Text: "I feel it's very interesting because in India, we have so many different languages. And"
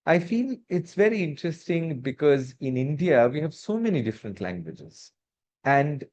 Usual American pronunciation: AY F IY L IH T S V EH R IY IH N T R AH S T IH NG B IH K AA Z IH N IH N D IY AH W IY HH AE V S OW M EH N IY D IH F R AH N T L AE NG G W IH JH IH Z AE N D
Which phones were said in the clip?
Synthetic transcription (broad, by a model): AY F IY L IH T S V EH R IY IH N T R AH S T IH NG B IH K AA Z IH N IH N D IY AH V IY HH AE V S OW M EH N IY D IH F R AH N T L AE NG G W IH JH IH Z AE N D